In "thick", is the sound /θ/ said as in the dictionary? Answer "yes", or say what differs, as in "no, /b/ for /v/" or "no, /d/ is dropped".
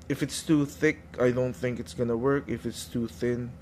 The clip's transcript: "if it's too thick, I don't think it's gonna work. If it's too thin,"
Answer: yes